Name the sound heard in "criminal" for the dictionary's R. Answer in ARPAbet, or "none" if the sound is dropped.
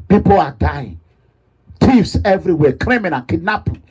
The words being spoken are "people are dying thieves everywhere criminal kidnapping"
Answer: L